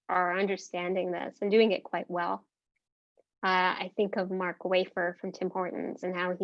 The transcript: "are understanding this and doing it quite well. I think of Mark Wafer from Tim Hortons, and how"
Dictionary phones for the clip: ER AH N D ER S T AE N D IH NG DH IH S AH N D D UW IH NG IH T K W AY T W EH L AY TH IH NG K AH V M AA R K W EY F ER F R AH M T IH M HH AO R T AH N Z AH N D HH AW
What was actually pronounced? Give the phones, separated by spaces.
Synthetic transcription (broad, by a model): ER AH N D ER S T AE N D IH NG DH IH S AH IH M D UW IH NG IH T K W AY T W EH L AY TH IH NG K AH V M AA R K W EY F ER F R AH M T IH M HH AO R T N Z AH N HH AW